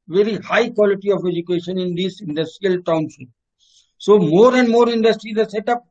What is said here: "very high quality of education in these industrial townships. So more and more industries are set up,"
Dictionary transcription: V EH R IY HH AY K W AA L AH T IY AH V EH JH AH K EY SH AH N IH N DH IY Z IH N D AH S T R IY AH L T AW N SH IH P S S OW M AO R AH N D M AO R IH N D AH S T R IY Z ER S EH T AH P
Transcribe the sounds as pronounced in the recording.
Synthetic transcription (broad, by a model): V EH R IY HH AY K W AA L AH T IY AH V EH JH AH K EY SH AH N IH N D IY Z IH N D AH S T R IY AH L T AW N S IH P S S OW M AO R AH N D M AO R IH N D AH S T R IY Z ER S EH T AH P